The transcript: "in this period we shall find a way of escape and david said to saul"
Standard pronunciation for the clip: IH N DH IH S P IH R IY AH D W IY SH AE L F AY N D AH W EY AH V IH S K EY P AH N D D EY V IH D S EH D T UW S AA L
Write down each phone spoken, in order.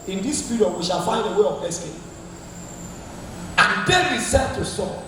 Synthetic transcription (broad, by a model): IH N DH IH S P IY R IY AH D W IY SH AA L F AY N D AH W EY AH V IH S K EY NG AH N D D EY IH S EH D T UW S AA